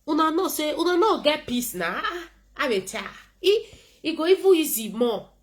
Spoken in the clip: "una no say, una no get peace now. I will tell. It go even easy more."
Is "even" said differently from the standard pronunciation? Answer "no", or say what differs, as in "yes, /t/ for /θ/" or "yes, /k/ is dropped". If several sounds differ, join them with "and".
yes, /n/ is dropped